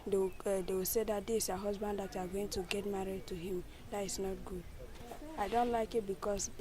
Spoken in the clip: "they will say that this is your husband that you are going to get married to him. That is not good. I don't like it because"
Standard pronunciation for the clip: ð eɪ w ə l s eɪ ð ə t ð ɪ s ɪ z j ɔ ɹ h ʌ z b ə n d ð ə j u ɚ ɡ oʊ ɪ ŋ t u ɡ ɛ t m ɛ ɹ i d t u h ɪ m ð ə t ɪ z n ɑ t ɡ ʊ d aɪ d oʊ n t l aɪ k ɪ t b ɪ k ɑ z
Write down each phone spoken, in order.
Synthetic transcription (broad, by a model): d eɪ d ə w s eɪ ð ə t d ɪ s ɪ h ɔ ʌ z b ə n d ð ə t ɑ ɡ oʊ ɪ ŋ t u ɡ ɛ t m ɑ ɹ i d t u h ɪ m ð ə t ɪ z n ɑ t ɡ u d aɪ d oʊ n t l aɪ k ɪ t b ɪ k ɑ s